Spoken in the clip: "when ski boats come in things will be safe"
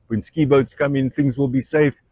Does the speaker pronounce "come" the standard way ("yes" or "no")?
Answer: yes